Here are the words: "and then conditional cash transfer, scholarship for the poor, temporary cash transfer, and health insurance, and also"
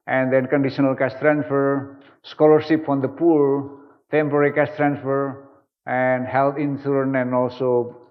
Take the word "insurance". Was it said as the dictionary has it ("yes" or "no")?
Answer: no